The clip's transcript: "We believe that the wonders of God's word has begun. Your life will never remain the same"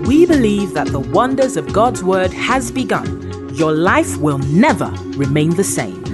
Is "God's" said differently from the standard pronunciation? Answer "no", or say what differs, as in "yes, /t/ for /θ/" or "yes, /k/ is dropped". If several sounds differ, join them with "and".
no